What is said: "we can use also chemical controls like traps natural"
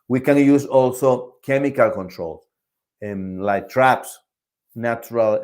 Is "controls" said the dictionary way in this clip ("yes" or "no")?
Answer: no